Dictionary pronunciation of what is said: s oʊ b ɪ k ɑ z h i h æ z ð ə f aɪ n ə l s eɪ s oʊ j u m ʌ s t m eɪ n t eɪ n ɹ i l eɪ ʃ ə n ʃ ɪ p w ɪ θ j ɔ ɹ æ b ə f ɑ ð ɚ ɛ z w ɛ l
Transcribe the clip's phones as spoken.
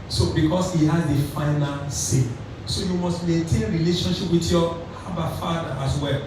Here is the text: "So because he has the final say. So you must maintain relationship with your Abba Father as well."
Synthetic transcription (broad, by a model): s oʊ b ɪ k ɑ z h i h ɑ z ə f aɪ n ə l s eɪ s oʊ j u m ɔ s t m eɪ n t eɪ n ɹ i l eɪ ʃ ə n ʃ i p w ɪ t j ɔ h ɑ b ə f ɑ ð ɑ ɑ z w ɛ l